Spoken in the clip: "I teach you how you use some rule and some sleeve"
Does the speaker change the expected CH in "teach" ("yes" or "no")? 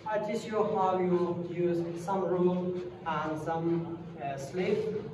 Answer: yes